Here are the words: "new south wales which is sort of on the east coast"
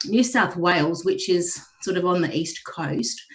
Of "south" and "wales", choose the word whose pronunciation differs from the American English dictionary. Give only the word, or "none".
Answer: none